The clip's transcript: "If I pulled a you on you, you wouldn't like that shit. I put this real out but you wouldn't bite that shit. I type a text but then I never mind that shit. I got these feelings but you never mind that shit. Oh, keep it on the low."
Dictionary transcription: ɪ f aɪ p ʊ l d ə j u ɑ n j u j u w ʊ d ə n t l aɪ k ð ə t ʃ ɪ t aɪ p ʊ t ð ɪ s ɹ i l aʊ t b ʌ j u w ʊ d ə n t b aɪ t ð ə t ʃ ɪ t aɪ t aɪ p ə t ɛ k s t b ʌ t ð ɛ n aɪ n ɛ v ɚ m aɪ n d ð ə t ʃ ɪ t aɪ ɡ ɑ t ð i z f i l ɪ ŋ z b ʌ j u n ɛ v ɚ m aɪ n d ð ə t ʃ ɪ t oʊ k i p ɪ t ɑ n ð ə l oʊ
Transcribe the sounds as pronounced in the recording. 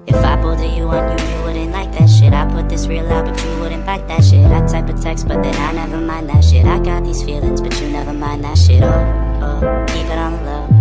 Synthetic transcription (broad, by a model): ɪ f aɪ b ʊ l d ə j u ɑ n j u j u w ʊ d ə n l aɪ k ð ə t ʃ ɪ t aɪ p ʊ t ð ɪ s ɹ i l aʊ t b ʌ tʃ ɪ w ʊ d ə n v aɪ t ð ə t ʃ ɪ t aɪ t aɪ p ə t ɛ k s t b ʌ t ð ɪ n aɪ n ɛ v ɚ m aɪ n ð ə t ʃ ɪ t aɪ ɡ ɑ t ð i z f i l ɪ ŋ z b ʌ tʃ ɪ n ɛ v ɚ m aɪ n ð ə t ʃ ɪ t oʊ k i p ɪ t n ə l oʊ